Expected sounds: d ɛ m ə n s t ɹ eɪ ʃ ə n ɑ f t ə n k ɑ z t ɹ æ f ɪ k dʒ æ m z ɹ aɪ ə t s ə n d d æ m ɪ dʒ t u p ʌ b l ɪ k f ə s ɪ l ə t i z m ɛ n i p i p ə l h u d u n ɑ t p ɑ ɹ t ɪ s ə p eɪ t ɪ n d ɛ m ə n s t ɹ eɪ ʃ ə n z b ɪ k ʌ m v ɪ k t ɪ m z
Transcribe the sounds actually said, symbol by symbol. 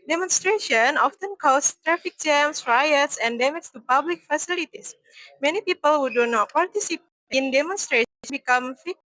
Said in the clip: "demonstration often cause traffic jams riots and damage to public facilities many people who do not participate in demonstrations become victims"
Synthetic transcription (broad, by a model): d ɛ m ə n s t ɹ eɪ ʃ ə n ɑ f t ə n k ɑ s t ɹ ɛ f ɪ k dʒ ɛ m s ɹ aɪ ə t s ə n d d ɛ m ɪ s t u p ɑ b l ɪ k f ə s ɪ l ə t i s m ɛ n i p i p ə l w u d u n ɑ t p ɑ ɹ t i s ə p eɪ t n d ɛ m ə n s t ɹ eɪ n b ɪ k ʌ m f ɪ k